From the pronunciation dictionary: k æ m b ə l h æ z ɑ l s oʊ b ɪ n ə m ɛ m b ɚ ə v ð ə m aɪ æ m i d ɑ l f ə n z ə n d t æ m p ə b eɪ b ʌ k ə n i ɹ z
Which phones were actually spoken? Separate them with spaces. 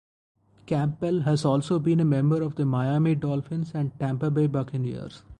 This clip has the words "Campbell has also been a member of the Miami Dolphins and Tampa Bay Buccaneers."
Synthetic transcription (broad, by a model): k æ m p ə l h æ z ɑ l s oʊ b ɪ n ə m ɛ m b ɚ ə v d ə m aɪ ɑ m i d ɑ l f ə n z ə n d t æ m p ə b eɪ b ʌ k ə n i ɹ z